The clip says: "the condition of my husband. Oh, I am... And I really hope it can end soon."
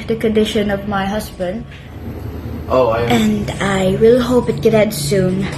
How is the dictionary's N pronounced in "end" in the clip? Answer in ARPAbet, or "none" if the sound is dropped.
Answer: none